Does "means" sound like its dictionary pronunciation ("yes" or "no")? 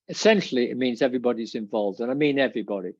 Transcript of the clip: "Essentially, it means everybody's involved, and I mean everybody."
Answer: yes